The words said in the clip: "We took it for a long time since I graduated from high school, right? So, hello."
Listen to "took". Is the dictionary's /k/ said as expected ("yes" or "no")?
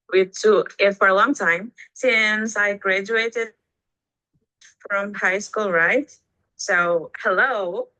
no